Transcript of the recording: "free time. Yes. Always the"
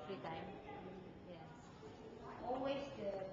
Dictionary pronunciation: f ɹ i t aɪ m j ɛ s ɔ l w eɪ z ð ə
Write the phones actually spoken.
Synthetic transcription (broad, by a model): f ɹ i t aɪ m j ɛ ɔ l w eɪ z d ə